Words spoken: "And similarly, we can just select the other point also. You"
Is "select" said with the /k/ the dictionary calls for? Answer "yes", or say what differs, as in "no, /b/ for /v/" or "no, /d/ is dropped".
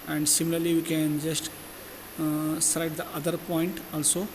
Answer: no, /k/ is dropped